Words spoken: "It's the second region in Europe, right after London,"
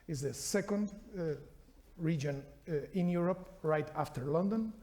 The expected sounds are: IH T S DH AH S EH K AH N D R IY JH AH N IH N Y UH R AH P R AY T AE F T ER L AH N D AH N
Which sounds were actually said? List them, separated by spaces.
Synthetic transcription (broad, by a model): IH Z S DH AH S EH K AH N D R IY JH AH N IH N Y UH R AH P R AY T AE F T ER L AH N D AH N